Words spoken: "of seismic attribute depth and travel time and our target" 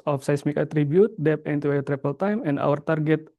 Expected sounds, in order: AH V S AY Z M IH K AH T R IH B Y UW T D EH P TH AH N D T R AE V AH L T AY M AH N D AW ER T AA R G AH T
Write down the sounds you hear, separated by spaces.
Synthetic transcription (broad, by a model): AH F S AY S M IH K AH T R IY B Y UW T D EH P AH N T T R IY P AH L T AY M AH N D AW ER T AA R G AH T